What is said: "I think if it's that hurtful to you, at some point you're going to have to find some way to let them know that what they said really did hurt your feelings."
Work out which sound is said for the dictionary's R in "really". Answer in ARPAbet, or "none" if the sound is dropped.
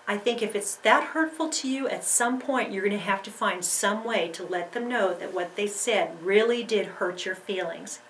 R